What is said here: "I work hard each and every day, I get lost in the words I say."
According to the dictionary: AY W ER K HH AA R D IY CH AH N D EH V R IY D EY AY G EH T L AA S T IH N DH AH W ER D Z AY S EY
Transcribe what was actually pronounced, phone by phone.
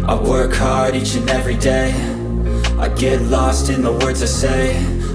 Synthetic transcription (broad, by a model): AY W ER K HH AA R D IY CH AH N EH V R IY D EY AY G EH T L AA S T IH N DH AH W ER D Z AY S EY